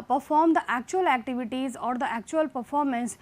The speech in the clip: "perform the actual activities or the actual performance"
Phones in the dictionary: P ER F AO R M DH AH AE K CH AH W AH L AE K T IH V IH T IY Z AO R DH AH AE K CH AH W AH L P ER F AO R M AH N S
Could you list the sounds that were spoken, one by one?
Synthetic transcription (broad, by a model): P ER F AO R M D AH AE K CH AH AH L AE K T IH V IH T IY Z AO R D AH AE K CH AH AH L P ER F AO R M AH N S